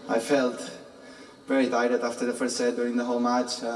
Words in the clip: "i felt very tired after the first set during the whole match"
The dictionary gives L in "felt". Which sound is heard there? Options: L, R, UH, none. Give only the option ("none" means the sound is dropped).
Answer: L